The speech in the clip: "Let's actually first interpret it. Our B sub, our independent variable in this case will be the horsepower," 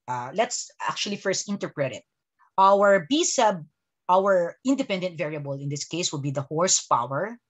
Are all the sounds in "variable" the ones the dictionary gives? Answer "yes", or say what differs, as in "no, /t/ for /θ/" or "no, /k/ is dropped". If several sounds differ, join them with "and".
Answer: yes